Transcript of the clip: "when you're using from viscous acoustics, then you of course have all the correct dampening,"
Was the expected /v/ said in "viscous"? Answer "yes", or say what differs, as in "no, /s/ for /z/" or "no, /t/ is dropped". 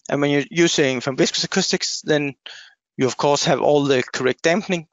no, /b/ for /v/